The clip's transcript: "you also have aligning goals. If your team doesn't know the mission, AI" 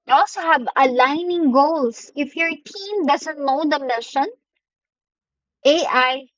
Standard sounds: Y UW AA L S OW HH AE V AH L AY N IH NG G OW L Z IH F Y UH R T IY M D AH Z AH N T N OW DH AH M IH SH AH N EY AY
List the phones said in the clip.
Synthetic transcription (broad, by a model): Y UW AA L S OW HH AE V AH L AY N IH NG G OW L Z IH F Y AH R T IY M D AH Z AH N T N OW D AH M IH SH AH N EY AY